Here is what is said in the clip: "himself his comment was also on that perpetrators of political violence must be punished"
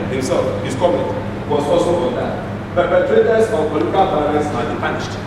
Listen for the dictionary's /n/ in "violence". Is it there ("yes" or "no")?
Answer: no